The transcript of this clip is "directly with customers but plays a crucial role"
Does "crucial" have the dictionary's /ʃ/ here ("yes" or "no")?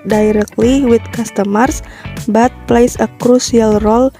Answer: no